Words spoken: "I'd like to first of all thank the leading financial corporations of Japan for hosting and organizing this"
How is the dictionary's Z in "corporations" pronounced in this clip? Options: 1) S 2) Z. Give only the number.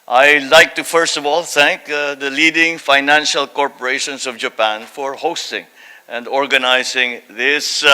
1